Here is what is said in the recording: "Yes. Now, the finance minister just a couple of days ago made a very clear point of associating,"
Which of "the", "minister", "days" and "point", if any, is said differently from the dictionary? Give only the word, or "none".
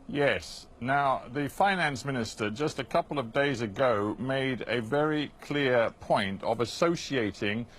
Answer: none